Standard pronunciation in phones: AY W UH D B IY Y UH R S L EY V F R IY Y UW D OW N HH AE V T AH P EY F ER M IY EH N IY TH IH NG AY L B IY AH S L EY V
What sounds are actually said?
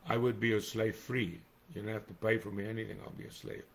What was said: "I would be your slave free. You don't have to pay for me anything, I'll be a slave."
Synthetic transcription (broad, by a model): AY W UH D B IY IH S L EY V F R IY Y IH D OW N HH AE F T AH P EY F ER M IY EH N IY TH IH NG AY L B IY AH S L EY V